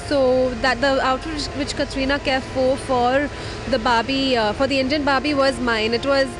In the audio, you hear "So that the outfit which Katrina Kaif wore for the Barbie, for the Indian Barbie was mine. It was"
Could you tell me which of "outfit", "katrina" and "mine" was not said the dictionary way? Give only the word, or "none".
outfit